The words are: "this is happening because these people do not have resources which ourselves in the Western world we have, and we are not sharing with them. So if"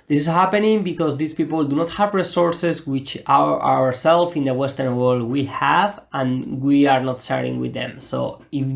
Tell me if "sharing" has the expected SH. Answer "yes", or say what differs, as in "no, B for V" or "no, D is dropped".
no, S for SH